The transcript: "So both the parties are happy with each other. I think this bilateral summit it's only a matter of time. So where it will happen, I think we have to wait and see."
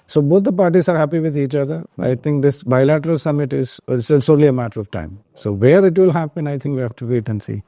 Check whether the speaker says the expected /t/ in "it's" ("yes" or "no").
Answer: no